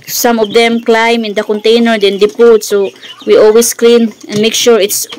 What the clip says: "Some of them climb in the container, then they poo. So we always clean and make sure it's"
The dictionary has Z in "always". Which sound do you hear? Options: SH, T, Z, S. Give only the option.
S